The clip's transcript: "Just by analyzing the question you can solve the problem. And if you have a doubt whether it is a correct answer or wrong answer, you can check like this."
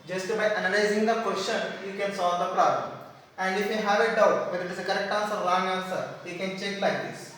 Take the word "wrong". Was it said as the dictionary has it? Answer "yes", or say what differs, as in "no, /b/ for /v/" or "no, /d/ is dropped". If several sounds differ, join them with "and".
no, /l/ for /ɹ/